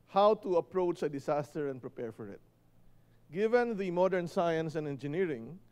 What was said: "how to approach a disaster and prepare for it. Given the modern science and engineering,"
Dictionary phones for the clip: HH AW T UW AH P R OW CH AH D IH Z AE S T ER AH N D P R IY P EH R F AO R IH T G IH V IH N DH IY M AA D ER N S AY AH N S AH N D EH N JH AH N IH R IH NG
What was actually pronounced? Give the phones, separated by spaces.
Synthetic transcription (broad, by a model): HH AW T UW AH P R OW CH AH D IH S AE S T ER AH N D P R IY P EH R F AO R IH T G IH V IH N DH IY M AA D ER N S AY AH N S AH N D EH N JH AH N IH R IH NG